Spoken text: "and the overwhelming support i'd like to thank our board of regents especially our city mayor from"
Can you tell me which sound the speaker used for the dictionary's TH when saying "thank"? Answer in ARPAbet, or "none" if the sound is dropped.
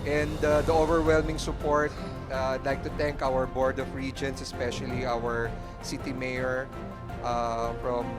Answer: T